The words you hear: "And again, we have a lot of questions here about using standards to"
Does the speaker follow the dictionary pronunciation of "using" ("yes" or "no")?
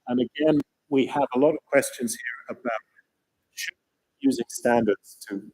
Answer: yes